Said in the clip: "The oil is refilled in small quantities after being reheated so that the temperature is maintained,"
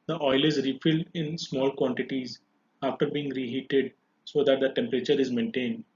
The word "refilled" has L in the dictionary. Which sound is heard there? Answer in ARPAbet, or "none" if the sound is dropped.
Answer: L